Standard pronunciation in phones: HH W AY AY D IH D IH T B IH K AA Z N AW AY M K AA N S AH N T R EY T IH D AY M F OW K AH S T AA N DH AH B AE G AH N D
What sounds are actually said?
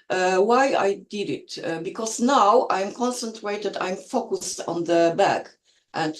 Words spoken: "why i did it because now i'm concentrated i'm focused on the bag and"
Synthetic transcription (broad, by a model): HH W AY AY D IH D IH T B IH K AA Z N AW AY M K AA N S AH N T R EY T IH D AY M F OW K AH S T AA N DH AH B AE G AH N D